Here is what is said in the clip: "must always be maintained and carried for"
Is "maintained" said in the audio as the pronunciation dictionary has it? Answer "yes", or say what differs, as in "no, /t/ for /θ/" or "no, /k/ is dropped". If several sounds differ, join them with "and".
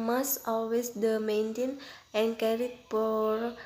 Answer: no, /d/ is dropped